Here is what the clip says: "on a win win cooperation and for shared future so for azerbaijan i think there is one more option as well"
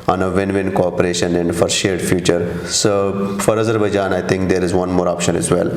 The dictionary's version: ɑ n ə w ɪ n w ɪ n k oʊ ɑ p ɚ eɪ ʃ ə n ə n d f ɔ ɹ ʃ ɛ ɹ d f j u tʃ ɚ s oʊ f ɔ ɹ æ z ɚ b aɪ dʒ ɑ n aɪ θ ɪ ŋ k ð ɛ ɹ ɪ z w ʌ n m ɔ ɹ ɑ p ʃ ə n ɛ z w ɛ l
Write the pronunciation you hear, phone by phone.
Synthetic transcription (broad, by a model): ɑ n ə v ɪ n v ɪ n k oʊ ɑ p ɚ eɪ ʃ ə n ə n d f ɔ ɹ ʃ ɛ ɹ d f j u tʃ ɚ s oʊ f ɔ ɹ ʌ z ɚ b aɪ dʒ ɑ n aɪ t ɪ ŋ k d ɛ ɹ ɪ z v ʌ n m ɔ ɹ ɑ p ʃ ə n ɛ z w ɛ l